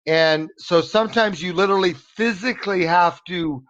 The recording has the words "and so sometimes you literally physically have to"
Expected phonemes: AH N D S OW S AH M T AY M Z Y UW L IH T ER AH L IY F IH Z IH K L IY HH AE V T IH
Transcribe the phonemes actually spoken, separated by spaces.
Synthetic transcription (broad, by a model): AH N S OW S AH M T AY M Z Y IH L IH T ER L IY F IH Z IH K L IY HH AE F T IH